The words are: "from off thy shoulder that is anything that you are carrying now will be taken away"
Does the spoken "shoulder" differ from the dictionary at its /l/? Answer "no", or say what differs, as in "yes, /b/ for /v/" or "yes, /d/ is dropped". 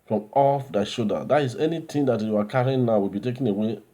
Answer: yes, /l/ is dropped